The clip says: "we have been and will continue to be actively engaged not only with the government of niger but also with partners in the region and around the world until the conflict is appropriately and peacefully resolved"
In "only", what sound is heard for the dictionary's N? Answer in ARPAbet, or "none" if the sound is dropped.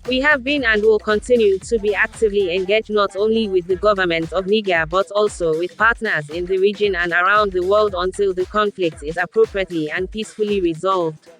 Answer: N